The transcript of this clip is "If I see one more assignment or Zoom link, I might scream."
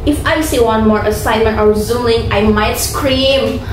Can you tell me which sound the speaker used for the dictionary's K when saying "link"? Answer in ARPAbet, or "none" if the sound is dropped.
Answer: none